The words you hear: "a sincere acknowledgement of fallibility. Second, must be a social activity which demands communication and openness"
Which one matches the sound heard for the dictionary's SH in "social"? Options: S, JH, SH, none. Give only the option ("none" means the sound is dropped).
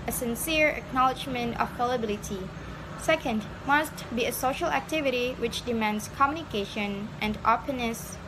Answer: SH